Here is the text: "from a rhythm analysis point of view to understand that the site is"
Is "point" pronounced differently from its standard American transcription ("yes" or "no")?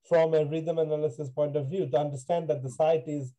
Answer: no